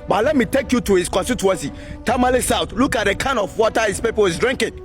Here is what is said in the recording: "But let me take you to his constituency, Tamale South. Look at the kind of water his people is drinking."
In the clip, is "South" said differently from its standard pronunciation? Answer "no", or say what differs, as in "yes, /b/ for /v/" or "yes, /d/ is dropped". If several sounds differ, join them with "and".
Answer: yes, /t/ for /θ/